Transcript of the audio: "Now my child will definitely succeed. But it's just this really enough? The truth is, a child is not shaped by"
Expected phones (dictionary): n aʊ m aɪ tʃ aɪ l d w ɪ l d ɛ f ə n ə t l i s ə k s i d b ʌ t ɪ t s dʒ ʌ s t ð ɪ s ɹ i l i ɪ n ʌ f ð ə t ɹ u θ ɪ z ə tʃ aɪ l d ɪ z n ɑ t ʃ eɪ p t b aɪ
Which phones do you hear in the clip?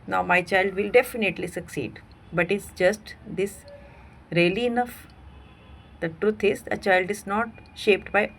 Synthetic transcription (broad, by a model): n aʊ m aɪ tʃ aɪ l d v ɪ l d ɛ f ə n ə t l i s ə k s i d b ʌ t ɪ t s dʒ ʌ s t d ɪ s ɹ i l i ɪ n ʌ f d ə t ɹ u t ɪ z ə tʃ aɪ l d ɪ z n ɑ t ʃ eɪ p t b aɪ